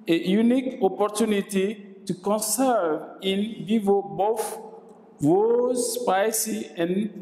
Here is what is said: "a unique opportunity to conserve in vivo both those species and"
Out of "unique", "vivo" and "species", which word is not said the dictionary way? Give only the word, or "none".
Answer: species